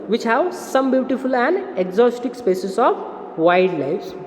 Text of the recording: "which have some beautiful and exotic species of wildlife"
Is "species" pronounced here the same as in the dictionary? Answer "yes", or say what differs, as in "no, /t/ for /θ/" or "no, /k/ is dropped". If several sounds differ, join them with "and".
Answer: no, /s/ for /ʃ/